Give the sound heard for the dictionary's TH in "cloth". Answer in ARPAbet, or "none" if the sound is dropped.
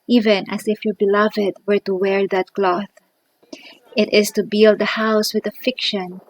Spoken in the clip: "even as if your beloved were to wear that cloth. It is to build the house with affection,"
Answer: TH